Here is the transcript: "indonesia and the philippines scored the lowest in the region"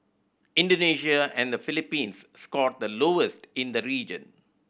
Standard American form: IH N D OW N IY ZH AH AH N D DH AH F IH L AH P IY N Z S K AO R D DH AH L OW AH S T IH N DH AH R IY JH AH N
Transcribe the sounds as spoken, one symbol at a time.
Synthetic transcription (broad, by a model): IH N D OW N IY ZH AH AH N D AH F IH L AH P IY N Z S K AO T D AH L OW AH S T IH N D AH R IY JH AH N